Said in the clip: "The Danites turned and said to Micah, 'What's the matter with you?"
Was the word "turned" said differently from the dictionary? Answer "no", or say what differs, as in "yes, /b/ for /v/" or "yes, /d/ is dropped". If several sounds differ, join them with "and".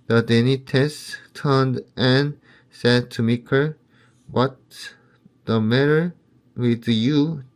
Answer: no